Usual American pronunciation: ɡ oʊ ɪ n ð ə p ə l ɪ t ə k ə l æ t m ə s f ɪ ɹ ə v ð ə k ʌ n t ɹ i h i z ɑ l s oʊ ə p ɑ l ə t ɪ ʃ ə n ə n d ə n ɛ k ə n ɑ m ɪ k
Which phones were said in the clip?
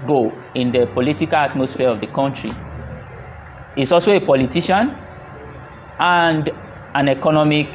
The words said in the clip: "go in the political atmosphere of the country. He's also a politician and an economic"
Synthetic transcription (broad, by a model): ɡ oʊ ɪ n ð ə p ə l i t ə k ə l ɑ t m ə s f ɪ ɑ ə v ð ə k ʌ n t ɹ i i s ɑ l s oʊ ə p ɑ l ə t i ʃ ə n ə n d ə n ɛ k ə n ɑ m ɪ k